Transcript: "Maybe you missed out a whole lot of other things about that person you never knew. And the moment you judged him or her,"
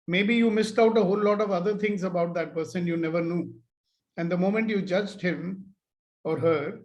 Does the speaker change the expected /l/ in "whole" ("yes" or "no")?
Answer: no